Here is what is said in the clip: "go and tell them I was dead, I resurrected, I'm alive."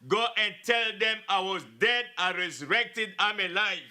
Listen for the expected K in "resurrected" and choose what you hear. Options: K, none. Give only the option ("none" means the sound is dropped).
K